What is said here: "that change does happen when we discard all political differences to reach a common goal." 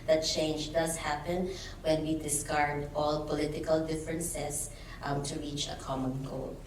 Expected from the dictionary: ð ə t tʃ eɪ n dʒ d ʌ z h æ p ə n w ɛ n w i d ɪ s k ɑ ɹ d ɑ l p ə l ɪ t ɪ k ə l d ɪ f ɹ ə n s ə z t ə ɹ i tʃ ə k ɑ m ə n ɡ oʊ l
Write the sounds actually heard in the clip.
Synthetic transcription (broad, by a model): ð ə t tʃ eɪ n dʒ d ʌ s h æ p ə n w ɛ n w i d ɪ s k ɑ ɹ d ɑ l p ə l ɪ t ɪ k ə l d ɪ f ɹ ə n s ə s t ə ɹ i tʃ ə k ɑ m ə n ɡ oʊ l